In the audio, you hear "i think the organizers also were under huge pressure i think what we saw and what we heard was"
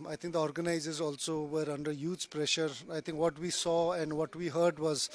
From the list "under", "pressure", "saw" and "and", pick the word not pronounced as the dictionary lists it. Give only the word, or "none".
none